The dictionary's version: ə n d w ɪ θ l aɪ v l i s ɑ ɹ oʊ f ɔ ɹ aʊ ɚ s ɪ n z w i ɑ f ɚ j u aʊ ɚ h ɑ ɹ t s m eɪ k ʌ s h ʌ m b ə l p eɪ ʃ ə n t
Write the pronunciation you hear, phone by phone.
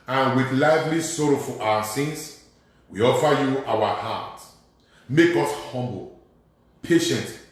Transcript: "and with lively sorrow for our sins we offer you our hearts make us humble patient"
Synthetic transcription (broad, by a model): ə n w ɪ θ l aɪ v l i s ɑ ɹ oʊ f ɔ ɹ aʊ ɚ s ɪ n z w i ɑ f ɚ j u aʊ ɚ h ɑ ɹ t m eɪ k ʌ s h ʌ m b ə l p eɪ ʃ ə n t